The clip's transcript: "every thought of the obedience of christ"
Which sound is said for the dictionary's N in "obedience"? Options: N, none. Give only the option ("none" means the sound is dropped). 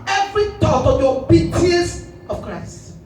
none